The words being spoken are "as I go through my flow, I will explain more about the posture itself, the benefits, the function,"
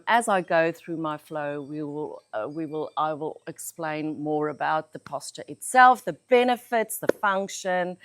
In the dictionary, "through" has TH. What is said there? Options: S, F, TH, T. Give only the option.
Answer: TH